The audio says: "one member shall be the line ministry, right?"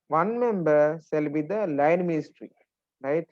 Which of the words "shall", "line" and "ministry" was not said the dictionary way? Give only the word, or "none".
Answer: shall